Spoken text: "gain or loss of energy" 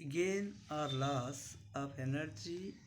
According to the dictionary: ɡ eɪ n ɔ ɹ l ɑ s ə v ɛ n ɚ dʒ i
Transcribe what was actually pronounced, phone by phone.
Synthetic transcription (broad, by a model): ɡ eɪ n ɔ ɹ l ɑ s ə p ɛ n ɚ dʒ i